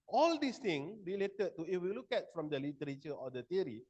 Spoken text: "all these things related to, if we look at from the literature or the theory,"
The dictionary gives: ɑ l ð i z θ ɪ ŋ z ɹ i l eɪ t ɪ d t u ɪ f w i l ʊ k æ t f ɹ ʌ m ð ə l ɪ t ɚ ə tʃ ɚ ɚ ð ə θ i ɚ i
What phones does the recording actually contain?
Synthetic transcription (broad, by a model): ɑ l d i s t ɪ ŋ ɹ i l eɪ t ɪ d t u ɪ f w i l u k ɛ t f ɹ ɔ m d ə l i t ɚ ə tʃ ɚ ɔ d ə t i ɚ i